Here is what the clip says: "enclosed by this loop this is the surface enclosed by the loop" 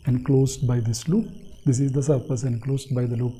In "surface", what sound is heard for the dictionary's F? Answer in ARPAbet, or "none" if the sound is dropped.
P